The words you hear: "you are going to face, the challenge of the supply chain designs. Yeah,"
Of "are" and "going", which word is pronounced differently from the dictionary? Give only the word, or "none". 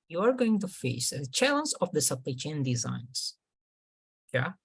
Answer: none